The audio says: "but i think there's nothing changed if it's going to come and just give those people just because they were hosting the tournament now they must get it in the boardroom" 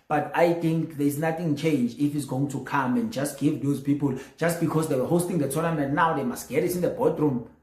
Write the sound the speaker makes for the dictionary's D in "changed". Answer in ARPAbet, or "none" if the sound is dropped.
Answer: none